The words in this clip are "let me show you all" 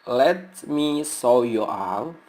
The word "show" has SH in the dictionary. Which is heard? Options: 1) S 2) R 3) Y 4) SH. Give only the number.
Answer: 1